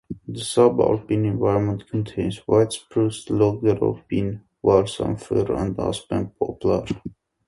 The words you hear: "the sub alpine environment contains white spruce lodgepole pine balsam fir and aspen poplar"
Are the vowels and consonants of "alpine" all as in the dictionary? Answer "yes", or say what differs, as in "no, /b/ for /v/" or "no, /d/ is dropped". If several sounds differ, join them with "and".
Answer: no, /l/ is dropped